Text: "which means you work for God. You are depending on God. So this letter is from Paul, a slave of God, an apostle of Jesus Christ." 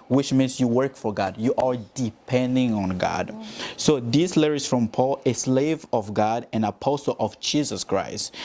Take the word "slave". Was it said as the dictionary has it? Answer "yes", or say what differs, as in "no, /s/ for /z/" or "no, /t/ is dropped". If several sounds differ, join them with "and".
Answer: yes